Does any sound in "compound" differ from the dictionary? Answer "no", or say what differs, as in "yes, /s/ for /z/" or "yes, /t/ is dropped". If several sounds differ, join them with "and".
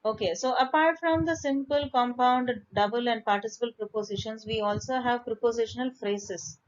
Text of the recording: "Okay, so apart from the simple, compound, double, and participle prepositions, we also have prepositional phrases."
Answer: no